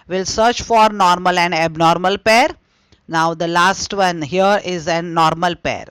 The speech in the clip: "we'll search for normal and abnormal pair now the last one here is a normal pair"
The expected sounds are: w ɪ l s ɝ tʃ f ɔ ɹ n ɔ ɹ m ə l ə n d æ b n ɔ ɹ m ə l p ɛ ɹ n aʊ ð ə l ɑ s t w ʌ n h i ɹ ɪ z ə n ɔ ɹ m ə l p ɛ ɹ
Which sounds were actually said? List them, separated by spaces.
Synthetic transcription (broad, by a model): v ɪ l s ɝ tʃ f ɔ ɹ n ɔ ɹ m ə l ə n d æ b n ɔ ɹ m ə l p ɛ ɹ n aʊ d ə l ɑ s t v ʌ n h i ɹ ɪ z ə n ɔ ɹ m ə l p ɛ ɹ